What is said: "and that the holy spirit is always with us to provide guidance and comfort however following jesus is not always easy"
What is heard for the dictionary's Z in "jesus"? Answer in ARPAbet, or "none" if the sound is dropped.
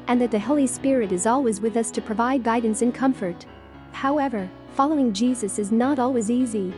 Z